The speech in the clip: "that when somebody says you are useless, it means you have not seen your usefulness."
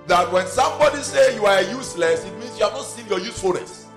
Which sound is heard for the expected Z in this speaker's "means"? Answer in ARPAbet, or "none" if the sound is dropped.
S